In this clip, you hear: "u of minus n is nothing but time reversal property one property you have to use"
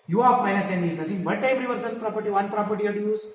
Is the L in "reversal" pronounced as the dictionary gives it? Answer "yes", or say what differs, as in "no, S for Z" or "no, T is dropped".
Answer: no, N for L